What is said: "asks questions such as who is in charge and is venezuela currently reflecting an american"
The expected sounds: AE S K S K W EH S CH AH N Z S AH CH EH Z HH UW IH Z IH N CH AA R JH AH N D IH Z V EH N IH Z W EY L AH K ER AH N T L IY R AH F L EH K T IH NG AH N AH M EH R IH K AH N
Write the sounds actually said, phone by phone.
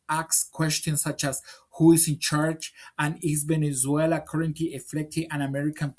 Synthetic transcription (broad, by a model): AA K S K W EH S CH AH N S AH CH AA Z HH UW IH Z IH N CH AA R CH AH N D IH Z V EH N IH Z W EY L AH K ER AH N T L IY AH F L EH K T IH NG AH N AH M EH R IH K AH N